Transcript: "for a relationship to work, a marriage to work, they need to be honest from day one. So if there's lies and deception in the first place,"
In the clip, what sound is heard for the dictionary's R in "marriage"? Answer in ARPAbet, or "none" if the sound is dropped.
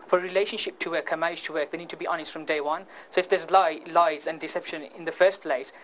none